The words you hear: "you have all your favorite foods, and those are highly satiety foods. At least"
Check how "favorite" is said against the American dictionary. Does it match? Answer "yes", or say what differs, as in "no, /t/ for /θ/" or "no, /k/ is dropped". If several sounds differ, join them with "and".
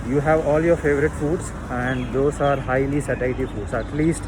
yes